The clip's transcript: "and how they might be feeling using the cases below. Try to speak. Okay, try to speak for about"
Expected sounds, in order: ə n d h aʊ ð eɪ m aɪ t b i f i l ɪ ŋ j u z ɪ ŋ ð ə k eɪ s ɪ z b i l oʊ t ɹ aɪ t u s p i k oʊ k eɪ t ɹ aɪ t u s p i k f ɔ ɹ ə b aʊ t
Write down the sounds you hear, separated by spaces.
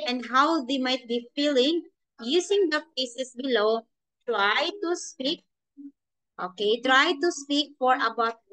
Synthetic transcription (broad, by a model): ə n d h aʊ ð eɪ m aɪ t b i f i l ɪ ŋ j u s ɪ ŋ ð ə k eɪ s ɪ s b i l oʊ t ɹ aɪ t u s p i k oʊ k eɪ t ɹ aɪ t u s p i k f ɔ ɹ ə b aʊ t